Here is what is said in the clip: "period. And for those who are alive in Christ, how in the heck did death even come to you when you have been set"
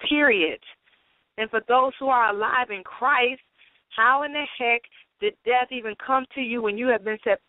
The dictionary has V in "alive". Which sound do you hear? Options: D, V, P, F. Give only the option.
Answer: V